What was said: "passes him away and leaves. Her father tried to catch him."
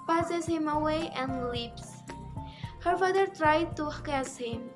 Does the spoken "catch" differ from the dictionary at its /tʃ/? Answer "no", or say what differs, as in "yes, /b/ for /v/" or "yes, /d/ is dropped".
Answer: yes, /s/ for /tʃ/